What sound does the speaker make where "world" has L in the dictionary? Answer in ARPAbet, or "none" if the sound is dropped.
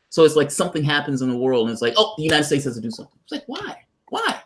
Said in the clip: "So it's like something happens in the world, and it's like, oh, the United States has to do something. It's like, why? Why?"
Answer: L